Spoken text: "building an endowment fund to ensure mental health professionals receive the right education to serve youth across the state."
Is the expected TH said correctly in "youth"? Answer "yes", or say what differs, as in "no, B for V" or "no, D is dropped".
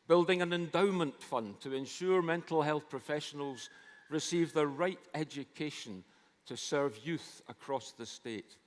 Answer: yes